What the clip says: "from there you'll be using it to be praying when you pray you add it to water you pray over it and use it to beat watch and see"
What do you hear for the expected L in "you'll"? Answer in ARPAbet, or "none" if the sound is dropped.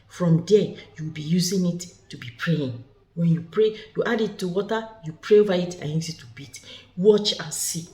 W